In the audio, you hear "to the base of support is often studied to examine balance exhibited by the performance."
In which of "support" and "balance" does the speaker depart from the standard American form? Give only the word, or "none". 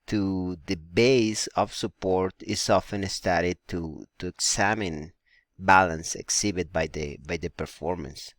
none